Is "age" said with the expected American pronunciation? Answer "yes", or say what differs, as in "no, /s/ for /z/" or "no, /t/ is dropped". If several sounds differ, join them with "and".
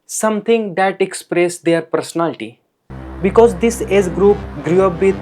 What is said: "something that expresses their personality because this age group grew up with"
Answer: no, /z/ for /dʒ/